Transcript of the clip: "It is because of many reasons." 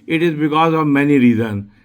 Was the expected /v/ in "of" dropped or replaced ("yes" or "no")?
no